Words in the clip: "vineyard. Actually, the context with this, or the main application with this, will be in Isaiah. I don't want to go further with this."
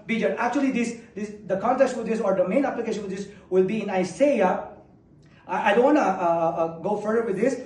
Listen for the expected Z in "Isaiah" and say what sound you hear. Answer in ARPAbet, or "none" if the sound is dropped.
S